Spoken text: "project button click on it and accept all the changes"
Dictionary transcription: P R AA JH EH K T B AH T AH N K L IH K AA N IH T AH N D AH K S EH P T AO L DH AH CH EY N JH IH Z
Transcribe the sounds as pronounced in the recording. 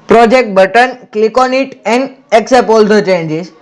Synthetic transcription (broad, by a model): P R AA JH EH K T B AH T AH N K L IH K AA N IH T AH N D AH K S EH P AO L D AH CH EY N JH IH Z